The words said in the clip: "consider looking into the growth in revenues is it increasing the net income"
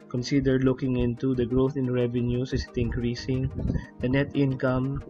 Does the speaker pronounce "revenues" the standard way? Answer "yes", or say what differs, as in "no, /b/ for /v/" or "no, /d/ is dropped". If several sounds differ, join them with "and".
no, /s/ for /z/